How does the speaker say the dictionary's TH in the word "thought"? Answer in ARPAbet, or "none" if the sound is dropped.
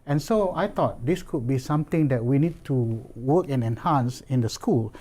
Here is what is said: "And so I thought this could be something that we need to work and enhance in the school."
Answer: T